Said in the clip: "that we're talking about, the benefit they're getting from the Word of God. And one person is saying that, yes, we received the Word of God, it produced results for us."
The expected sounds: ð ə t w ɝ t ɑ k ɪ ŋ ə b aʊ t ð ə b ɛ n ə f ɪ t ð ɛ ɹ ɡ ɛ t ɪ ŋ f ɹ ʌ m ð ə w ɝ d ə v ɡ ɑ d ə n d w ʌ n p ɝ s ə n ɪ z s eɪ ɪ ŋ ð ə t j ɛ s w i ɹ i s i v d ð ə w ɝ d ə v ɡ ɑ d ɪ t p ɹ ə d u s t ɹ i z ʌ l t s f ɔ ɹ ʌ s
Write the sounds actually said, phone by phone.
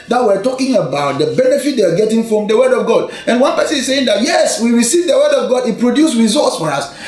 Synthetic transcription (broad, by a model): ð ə t w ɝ t ɑ k ɪ ŋ ə b aʊ t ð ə b ɛ n ə f ɪ t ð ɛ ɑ ɡ ɛ t ɪ ŋ f ɹ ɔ m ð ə w ɝ d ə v ɡ ɑ d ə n w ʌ n p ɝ s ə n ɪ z s eɪ ɪ ŋ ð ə t j ɛ s w i ɹ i s i v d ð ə w ɝ d ə v ɡ ɑ d ɪ t p ɹ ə d u s ɹ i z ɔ t s f ɔ ɹ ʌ s